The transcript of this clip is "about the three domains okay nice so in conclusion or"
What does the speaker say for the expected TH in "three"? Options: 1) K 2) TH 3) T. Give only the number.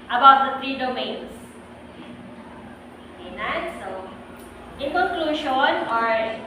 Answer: 3